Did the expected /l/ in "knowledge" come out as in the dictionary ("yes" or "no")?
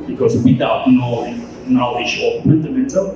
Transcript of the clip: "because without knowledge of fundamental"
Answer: no